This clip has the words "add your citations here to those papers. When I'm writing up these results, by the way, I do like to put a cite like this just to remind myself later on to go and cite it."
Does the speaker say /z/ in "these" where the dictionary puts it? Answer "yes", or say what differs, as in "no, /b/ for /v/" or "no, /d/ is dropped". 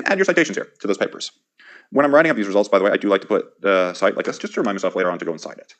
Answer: yes